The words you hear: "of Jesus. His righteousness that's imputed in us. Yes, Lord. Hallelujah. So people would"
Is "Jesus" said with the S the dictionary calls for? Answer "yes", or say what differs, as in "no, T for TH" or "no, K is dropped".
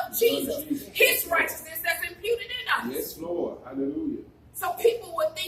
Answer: no, S is dropped